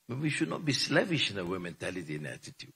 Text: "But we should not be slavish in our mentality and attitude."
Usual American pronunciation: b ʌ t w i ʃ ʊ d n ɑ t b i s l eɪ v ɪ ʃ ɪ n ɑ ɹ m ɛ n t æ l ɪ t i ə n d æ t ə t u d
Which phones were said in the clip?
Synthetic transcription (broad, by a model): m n w i ʃ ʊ d n ɑ t b i s l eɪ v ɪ ʃ ɪ n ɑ w m ɛ n t æ l ɪ t i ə n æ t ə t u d